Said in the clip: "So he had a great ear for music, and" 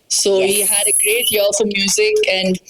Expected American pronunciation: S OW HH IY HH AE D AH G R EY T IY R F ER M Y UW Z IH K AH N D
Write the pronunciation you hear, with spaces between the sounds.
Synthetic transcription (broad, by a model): S OW HH IY HH AE D AH G R EY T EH L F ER M Y UW Z IH K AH N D